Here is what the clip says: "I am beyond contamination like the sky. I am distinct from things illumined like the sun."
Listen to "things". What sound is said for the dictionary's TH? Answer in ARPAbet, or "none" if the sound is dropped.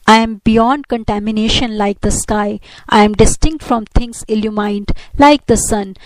T